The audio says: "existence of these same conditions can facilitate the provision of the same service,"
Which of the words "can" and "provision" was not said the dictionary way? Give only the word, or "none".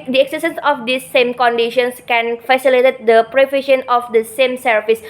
provision